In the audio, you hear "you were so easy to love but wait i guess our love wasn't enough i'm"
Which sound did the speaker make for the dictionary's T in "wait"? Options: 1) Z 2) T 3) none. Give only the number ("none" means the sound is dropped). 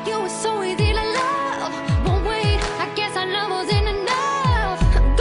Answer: 3